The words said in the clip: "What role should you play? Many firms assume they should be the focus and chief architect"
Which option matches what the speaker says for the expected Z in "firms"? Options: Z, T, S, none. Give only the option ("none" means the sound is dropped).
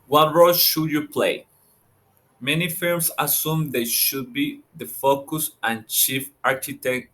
S